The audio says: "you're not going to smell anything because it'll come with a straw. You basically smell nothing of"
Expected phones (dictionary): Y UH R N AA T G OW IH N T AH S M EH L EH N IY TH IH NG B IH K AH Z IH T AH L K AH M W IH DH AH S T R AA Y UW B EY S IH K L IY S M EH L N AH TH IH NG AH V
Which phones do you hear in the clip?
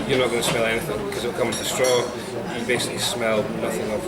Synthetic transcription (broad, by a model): Y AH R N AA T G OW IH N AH S M EH L EH N IY TH IH NG B IH K AH Z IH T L K AH M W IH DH AH S T R AA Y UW B EY S IH K L IY S M EH L N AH TH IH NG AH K